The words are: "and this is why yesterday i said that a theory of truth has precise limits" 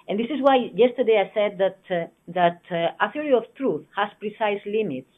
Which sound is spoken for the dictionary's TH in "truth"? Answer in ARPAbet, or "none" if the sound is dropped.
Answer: TH